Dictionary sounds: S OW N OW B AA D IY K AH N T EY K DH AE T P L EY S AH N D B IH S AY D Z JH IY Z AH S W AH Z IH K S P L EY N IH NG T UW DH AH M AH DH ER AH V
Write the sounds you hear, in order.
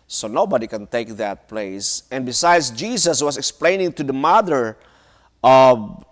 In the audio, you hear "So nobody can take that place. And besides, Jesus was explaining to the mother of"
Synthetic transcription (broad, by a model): S OW N OW B AA D IY K AH N T EY K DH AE T P L EY S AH N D B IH S AY D S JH IY S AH S W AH S IH K S P L EY N IH NG T UW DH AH M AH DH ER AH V